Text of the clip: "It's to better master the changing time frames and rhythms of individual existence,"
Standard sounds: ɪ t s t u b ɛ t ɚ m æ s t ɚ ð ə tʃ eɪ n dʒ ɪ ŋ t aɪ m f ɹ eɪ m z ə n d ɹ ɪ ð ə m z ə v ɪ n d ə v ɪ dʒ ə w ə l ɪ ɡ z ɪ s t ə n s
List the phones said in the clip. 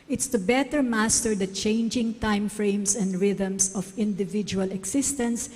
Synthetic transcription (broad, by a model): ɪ t s t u b ɛ t ɚ m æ s t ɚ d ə tʃ eɪ n dʒ ɪ ŋ t aɪ m f ɹ eɪ m s ə n d ɹ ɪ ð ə m s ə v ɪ n d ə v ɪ dʒ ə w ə l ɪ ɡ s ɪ s t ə n s